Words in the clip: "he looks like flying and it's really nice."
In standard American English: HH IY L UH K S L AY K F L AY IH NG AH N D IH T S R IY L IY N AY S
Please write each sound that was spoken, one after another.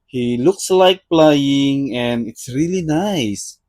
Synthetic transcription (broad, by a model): HH IY L UH K S L AY K P L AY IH NG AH N IH T S R IY L IY N AY S